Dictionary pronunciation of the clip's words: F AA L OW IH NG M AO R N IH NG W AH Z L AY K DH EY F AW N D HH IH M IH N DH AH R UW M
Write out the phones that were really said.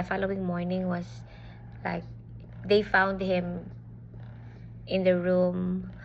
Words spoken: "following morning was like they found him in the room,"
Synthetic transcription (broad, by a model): F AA L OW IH NG M AO R N IH NG W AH S L AY K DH EY F AW N D HH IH M IH N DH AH R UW M